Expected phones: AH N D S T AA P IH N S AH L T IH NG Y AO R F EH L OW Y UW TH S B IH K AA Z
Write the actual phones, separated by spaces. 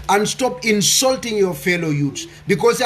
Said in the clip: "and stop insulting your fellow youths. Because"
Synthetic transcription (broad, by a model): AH N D S T AA P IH N S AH L T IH NG Y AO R F EH L OW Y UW T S B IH K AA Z